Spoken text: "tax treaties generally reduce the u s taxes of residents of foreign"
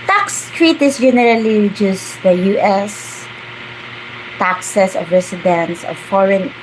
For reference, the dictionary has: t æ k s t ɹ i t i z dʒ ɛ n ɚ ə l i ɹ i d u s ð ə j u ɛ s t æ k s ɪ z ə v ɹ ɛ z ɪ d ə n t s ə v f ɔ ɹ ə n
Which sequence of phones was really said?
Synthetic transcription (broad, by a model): t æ k s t ɹ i t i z dʒ ɛ n ɚ ə l i ɹ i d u s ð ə j u ɛ s t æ k s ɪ s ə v ɹ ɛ s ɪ d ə n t s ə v f ɔ ɹ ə n